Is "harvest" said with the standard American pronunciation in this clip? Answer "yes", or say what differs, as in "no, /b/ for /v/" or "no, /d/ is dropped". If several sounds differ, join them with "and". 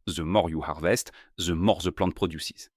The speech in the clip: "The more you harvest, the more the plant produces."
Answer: yes